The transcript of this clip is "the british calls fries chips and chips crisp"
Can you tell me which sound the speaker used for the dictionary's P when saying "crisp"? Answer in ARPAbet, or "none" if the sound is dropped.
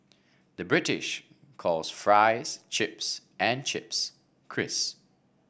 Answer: none